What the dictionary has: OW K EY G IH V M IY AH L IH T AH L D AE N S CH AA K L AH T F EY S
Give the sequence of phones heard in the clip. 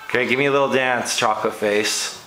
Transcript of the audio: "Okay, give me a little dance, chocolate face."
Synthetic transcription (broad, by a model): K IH G IH V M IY AH L IH T L D AE N S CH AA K AH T F EY S